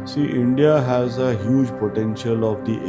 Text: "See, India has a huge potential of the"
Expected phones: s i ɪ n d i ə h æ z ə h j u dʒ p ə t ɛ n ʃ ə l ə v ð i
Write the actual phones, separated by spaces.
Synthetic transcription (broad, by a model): s i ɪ n d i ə h æ z ə h j u dʒ p ə t ɛ n ʃ ə l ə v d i